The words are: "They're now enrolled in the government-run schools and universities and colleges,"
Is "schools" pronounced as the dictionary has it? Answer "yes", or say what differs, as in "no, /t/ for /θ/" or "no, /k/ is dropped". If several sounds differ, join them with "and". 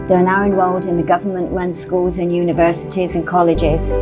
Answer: yes